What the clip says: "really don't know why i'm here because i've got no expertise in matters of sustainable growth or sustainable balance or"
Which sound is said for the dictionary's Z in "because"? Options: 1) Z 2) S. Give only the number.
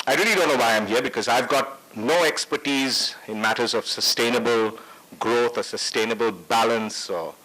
1